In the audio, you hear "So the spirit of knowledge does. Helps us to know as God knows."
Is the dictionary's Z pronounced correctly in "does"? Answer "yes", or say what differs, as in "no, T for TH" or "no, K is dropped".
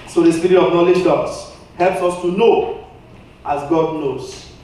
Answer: no, S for Z